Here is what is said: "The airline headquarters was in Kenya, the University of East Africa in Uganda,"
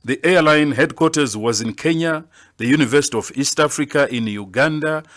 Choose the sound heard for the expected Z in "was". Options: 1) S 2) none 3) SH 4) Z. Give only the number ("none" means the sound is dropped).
4